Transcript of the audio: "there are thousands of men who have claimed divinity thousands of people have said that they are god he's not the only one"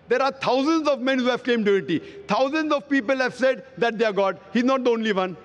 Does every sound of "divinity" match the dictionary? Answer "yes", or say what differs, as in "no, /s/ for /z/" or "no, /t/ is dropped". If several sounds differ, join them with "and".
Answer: no, /v/ is dropped